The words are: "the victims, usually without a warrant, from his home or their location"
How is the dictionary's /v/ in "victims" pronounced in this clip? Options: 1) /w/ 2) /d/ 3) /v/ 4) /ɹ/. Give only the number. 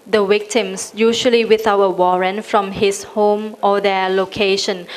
1